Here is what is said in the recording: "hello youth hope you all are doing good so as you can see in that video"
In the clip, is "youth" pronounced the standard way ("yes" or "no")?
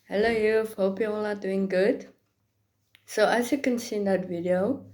no